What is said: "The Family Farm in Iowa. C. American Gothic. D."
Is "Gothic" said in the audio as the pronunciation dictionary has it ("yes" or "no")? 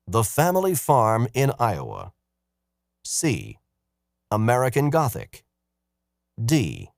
yes